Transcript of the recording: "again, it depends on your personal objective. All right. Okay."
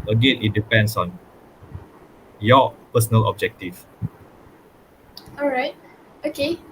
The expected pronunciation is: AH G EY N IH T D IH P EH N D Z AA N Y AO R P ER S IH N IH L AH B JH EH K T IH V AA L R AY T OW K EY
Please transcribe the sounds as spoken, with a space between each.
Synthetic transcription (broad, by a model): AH G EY N IH T D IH P EH N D S AA N Y AO P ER S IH N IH L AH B JH EH K T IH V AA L R AY T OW K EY